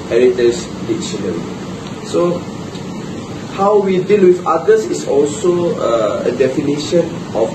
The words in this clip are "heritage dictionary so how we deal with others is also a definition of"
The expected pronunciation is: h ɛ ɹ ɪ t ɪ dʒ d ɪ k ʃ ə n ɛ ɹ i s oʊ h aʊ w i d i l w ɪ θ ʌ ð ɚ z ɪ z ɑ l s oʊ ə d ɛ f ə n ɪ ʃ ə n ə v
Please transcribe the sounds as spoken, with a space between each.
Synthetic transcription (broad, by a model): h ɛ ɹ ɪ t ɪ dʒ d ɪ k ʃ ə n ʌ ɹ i s oʊ h aʊ w i d i l w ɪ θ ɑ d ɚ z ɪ s ɑ l s oʊ ə d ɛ f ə n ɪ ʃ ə n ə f